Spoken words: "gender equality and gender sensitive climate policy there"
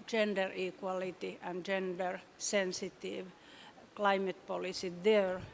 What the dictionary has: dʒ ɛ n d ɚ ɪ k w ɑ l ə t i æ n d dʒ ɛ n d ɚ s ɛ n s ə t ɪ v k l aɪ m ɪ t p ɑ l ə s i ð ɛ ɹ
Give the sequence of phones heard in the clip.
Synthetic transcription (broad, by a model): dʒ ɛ n d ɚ ɪ k w ɑ l ə t i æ n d dʒ ɛ n d ɚ s ɛ n s ə t ɪ v k l aɪ m ɪ t p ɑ l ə s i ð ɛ ɹ